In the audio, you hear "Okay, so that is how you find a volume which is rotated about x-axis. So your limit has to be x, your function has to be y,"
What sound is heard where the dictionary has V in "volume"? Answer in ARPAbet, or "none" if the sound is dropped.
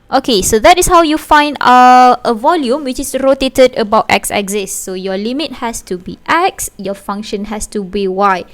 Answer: V